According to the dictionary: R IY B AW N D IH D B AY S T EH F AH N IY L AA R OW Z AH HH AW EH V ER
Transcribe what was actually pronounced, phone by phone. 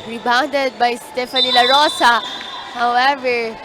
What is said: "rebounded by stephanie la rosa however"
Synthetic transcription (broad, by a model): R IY B AW N D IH D B AY S T EH F AH N IY L AA R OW S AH HH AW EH V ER